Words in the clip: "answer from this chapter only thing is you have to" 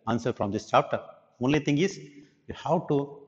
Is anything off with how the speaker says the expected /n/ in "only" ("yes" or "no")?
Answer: no